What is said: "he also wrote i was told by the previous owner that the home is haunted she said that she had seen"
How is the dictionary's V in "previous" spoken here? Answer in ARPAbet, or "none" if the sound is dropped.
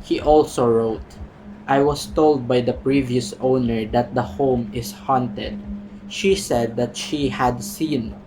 V